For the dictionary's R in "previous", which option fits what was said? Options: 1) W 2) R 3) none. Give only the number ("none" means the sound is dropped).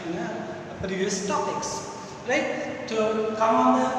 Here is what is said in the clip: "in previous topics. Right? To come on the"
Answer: 3